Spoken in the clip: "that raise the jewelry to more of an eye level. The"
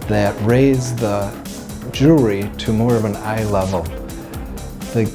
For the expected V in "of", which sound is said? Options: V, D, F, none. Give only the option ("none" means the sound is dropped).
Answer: V